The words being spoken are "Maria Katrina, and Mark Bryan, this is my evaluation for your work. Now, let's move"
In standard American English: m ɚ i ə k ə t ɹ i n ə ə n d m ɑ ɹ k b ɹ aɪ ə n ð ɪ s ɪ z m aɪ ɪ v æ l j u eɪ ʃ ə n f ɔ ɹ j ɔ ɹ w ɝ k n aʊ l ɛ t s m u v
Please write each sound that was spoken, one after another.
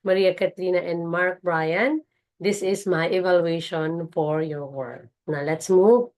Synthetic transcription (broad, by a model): m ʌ i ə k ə t l i n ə ə n d m ɑ ɹ k b ɹ aɪ ə n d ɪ s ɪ s m aɪ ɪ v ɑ l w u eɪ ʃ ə n f ɔ ɹ j ɔ ɹ w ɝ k n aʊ l ɛ t s m u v